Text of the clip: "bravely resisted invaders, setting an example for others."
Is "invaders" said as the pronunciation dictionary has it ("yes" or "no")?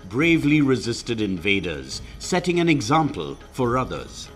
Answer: yes